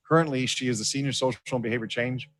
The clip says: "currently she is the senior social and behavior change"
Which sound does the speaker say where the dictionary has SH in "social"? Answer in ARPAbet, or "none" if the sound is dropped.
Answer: none